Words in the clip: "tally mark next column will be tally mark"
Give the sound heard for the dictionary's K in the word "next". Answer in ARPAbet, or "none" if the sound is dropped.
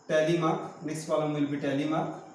none